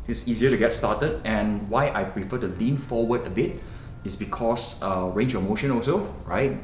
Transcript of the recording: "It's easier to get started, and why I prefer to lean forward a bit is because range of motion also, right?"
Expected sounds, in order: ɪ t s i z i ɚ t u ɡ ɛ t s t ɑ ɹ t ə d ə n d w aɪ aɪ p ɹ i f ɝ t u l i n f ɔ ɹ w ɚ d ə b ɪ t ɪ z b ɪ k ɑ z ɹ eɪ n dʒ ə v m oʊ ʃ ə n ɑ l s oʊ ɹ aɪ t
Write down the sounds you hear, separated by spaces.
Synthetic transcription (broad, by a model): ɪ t s i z i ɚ t u ɡ ɛ t s t ɑ t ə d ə n w aɪ aɪ p ɹ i f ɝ t u l i n f ɔ w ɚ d ə b ɪ t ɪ s b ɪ k ɑ s ɹ eɪ n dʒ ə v m oʊ ʃ ə n ɑ l s oʊ ɹ aɪ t